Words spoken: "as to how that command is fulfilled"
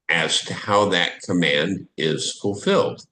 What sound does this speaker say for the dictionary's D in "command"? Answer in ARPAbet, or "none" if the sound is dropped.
D